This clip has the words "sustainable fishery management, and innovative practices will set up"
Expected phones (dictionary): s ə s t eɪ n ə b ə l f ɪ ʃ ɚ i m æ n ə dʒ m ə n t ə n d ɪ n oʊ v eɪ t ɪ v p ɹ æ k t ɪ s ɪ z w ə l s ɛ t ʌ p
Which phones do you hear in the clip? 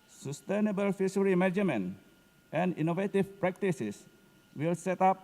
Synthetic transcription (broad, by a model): s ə s t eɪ n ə b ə l f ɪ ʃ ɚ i m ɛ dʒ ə m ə n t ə n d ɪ n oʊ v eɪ t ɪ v p ɹ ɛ k t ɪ s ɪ s w ə l s ɛ t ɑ p